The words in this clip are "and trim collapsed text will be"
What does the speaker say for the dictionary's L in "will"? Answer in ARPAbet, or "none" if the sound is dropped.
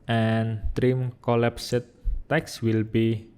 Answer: L